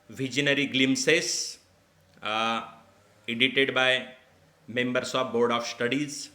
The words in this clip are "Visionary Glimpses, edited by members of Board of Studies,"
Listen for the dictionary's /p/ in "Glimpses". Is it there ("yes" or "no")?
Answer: no